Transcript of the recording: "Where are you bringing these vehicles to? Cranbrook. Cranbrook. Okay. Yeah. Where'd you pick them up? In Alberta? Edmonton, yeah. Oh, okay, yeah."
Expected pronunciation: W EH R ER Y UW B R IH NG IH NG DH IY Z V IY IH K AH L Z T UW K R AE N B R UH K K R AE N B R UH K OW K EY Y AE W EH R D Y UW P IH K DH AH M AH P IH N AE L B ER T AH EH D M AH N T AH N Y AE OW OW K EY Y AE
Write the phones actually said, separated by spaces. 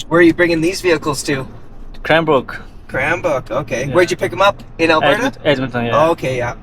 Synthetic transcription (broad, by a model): W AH R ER Y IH B R IH NG IH NG DH IY Z V IY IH K L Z T UW K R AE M B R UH K K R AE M B UH K OW K EY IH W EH R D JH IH P IH K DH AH M AH P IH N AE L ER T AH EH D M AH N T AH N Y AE OW OW K EY Y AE